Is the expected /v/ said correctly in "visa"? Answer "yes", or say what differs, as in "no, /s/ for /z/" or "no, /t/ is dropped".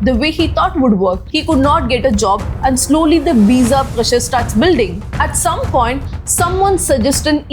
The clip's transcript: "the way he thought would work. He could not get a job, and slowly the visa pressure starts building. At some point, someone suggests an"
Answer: no, /b/ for /v/